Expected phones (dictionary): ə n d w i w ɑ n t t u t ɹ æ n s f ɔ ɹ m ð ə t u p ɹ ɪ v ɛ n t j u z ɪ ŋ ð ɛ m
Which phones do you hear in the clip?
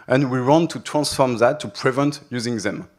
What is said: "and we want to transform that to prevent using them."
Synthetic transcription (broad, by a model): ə n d w i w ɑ n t t u t ɹ æ n s f ɔ ɹ m ð ə t u p ɹ ɪ v ɛ n t j u z ɪ ŋ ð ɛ m